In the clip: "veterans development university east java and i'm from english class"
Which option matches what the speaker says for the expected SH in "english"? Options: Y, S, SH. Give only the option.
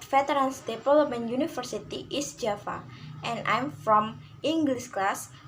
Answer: S